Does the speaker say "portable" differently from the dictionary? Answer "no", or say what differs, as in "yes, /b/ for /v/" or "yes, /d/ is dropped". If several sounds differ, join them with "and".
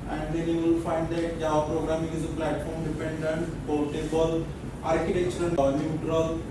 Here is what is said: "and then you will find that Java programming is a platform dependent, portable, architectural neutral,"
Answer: yes, /l/ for /ɹ/